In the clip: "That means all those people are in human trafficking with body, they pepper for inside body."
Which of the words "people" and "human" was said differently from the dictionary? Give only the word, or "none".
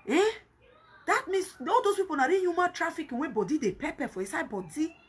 people